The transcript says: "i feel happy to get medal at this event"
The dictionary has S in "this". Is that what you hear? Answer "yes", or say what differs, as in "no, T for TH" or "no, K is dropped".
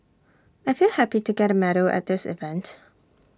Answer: yes